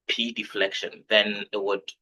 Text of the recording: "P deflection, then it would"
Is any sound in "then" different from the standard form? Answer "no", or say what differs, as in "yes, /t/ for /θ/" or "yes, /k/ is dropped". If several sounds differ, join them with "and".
no